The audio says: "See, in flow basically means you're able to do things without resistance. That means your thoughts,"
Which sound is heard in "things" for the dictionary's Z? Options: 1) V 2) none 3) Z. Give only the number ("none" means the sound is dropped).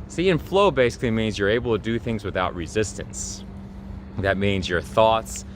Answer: 3